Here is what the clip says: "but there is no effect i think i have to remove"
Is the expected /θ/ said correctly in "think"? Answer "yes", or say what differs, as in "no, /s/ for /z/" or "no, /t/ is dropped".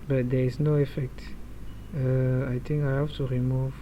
no, /t/ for /θ/